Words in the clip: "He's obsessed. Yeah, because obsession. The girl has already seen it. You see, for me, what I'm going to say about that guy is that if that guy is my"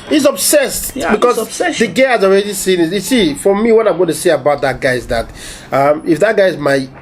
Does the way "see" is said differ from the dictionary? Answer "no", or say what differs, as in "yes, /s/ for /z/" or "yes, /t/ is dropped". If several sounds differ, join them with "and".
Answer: no